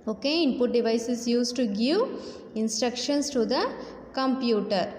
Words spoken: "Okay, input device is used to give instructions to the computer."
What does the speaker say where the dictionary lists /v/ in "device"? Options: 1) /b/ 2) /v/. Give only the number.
2